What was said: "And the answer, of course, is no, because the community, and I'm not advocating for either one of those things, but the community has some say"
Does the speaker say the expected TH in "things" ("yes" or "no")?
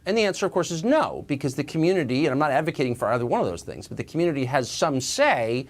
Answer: yes